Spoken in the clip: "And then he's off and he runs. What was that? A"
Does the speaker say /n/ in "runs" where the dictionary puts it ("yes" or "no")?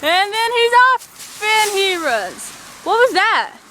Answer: no